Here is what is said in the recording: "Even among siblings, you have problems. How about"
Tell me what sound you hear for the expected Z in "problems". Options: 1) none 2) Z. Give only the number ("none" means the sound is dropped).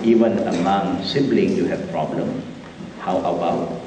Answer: 1